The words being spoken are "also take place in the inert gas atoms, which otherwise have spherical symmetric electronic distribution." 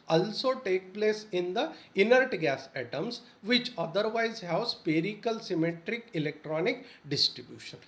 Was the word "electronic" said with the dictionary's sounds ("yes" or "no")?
yes